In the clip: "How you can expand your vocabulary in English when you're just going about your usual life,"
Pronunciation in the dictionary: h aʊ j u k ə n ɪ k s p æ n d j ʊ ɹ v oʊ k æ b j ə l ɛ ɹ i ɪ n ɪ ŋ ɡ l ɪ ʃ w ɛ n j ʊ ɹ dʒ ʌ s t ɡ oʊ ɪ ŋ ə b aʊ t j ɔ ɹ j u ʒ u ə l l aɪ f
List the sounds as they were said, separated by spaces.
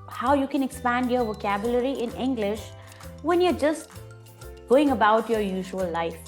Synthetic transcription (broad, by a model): h aʊ j u k ə n ɪ k s p æ n d j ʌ ɹ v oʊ k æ b j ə l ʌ ɹ i ɪ n ɪ ŋ ɡ l ɪ ʃ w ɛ n j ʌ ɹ dʒ ʌ s t ɡ oʊ ɪ ŋ ə b aʊ t j ɔ ɹ j u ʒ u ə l l aɪ f